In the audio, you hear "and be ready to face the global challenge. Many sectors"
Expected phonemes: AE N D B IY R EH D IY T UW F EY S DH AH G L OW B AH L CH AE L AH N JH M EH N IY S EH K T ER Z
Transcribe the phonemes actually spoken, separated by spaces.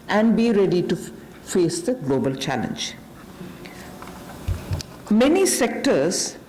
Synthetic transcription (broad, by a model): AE N D B IY R EH D IY T UW F EY S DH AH G L OW B AH L CH AE L AH N JH M EH N IY S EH K T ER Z